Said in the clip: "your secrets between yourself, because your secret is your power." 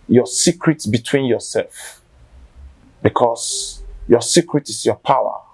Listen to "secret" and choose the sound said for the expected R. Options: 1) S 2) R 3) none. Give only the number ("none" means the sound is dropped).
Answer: 2